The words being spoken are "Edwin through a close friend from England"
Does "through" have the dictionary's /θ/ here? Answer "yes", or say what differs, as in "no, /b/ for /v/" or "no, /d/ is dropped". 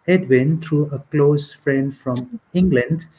no, /t/ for /θ/